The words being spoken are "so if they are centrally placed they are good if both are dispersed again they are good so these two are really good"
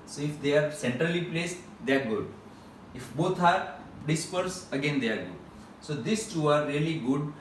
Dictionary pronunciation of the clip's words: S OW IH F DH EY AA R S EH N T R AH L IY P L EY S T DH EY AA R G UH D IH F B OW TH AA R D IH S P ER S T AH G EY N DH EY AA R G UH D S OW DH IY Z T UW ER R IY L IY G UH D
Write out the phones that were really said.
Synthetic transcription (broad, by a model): S OW IH F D EY AA R S EH N T R AH L IY P L EY S T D EY AA R G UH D IH F B OW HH AA R D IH S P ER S AH G EY N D EY AA R G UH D S OW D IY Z T UW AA R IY L IY G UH D